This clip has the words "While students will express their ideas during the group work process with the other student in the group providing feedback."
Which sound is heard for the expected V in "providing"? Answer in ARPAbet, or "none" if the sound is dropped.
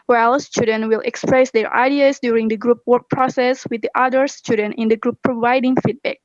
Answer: V